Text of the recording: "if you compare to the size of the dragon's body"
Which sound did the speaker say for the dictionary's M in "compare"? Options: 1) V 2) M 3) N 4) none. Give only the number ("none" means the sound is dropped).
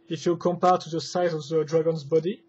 2